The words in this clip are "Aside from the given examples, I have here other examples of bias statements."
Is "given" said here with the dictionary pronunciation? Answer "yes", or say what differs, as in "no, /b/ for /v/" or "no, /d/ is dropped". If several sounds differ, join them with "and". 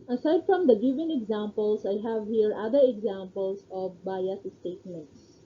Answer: no, /f/ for /v/